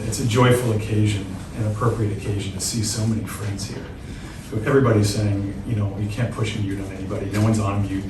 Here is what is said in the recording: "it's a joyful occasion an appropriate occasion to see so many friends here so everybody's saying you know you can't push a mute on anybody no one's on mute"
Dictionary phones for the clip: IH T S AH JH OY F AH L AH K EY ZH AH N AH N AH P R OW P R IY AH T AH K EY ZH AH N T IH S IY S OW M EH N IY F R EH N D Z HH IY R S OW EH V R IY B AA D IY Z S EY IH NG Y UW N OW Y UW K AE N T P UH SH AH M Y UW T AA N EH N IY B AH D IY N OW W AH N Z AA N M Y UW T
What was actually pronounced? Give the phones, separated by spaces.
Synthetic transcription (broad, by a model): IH T S AH JH OY F L AH K EY ZH AH N AH N AH P R OW P R IY AH T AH K EY ZH N T IH S IY S OW M EH N IY F R EH N D Z HH IY R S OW EH V R IY B AA D IY Z S EY IH NG Y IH N OW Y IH K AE N P UH SH AH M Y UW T N EH N IY B AH D IY N OW W AH N Z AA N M Y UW